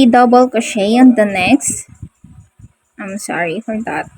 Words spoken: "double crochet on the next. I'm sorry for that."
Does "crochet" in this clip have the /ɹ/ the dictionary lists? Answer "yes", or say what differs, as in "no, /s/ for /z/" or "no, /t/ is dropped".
no, /ɹ/ is dropped